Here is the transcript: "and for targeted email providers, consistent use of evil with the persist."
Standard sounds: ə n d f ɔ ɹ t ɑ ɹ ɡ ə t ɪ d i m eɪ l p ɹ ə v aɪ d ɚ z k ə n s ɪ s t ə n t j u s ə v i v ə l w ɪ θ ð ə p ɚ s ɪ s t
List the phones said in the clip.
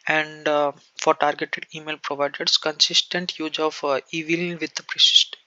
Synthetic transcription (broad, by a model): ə n d f ɔ ɹ t ɑ ɹ ɡ ə t ɪ d i m eɪ l p ɹ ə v aɪ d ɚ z k ə n s ɪ s t ə n t j u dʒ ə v i v ə l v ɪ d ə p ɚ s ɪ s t